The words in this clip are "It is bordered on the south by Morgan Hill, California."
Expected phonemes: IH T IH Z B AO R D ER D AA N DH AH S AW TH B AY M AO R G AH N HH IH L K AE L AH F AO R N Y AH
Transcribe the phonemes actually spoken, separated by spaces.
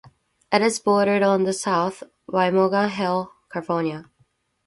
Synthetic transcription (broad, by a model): IH T IH Z B AO R D ER D N DH AH S AW TH B AY M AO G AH HH IH L K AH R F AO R N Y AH